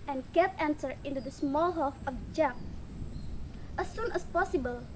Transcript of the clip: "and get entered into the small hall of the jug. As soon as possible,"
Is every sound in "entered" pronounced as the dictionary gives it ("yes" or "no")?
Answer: no